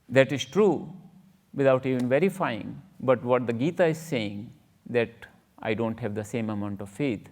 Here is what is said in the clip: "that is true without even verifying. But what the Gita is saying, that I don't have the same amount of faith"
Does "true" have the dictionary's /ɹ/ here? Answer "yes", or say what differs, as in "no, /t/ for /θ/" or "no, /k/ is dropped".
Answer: yes